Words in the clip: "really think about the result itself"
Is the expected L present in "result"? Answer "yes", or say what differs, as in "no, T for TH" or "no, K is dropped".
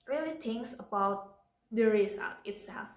no, L is dropped